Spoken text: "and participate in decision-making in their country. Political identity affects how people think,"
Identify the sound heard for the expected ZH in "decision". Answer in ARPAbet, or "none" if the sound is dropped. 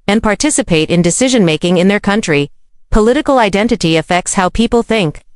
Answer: ZH